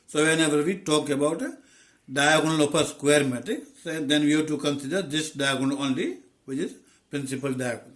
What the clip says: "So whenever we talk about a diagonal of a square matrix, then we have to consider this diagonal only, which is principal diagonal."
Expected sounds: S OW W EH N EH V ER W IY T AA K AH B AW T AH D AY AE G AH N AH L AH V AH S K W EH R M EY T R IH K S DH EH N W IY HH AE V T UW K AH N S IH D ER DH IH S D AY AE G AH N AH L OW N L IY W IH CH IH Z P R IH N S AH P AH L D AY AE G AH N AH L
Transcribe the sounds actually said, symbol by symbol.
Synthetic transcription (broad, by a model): S OW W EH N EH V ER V IY T AA K AH B AW T D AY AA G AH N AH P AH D S K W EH R M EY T IH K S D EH N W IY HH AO T UW K AH N S IH D ER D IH S D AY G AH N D OW N L IY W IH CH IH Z P R IH N S AH P AH L D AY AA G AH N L